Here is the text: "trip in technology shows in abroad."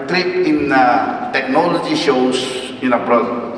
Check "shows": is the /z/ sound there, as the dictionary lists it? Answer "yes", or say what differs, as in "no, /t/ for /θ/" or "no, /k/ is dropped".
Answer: no, /s/ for /z/